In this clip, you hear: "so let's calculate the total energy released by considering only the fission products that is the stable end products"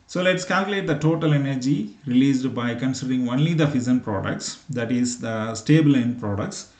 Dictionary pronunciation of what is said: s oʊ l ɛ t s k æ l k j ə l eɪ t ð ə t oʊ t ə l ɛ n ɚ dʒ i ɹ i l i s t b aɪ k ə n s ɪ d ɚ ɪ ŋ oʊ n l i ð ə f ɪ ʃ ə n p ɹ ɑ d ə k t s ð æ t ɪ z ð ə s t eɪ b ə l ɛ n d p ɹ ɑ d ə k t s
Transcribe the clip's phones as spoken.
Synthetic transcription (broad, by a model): s oʊ l ɛ t s k æ l k j ə l eɪ t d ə t oʊ t ə l ɛ n ɚ dʒ i ɹ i l i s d b aɪ k ə n s ɪ d ɚ ɪ ŋ oʊ n l i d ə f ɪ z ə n p ɹ ɑ d ə k t s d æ t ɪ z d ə s t eɪ b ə l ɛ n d p ɹ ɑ d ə k t s